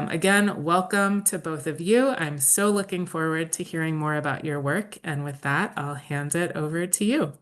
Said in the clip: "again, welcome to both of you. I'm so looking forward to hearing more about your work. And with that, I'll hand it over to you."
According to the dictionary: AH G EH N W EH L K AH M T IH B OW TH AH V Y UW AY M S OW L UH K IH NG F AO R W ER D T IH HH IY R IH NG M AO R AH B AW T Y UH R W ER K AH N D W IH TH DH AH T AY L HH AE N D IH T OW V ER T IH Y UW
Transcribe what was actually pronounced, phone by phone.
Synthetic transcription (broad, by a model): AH G EH N W EH L K AH M T IH B OW TH AH V Y UW AY M S OW L UH K IH NG F AO R W ER D T IH HH IY R IH NG M AO R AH B AW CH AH R W ER K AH N W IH DH AH T AY L HH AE N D IH T OW V ER T IH Y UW